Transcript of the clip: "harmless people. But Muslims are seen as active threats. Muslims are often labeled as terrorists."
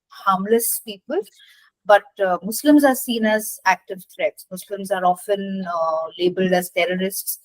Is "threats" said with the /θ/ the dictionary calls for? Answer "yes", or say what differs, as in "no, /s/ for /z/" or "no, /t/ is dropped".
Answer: no, /t/ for /θ/